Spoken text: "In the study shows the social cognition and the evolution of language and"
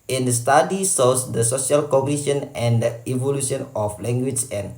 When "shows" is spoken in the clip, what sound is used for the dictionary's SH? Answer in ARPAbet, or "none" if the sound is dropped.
S